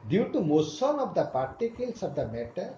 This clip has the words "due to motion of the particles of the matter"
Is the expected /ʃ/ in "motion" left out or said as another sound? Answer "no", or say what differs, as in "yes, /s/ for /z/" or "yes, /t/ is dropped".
yes, /s/ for /ʃ/